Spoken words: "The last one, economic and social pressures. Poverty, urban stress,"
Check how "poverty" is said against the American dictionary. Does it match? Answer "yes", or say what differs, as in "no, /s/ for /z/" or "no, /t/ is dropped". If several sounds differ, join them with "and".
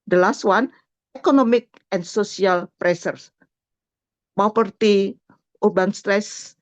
no, /p/ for /v/